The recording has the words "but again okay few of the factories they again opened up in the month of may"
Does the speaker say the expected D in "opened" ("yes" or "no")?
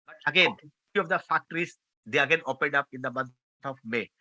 yes